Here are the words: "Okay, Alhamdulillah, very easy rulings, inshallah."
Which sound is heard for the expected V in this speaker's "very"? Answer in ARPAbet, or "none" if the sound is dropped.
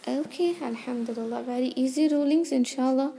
B